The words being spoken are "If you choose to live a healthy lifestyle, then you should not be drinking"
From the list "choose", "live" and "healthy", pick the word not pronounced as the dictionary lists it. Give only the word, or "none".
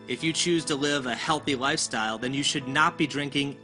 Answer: none